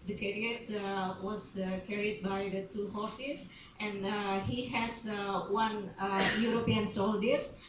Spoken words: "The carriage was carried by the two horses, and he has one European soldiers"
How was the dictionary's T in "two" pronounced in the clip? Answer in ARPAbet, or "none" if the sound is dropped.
T